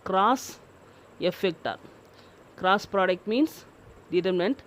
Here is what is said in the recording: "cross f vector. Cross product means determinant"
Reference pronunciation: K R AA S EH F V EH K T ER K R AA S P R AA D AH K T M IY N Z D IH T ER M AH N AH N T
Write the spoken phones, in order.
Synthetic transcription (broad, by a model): K R AA S EH F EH K T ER K R AA S P R AA D AH K T M IY N S D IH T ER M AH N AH N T